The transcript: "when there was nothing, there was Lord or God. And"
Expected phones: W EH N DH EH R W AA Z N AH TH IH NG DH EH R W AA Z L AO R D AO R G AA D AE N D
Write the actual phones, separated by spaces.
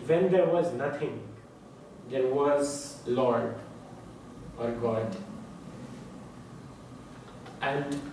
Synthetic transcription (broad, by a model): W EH N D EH R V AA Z N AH T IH NG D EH R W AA Z L AO R D AO R G AA D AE N D